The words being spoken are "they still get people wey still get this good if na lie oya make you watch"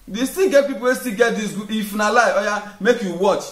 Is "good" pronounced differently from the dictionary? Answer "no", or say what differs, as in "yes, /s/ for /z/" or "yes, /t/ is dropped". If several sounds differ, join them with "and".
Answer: yes, /d/ is dropped